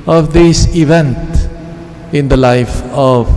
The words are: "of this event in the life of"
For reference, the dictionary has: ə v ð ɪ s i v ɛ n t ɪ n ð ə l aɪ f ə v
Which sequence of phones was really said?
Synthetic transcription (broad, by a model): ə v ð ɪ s i v ɛ n t ɪ n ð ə l aɪ f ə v